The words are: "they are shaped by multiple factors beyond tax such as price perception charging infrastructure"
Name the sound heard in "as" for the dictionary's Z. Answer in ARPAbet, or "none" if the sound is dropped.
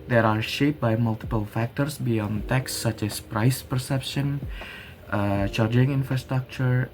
S